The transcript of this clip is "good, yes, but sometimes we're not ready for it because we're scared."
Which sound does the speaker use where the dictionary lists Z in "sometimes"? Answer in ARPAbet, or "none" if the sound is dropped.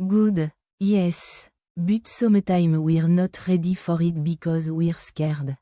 none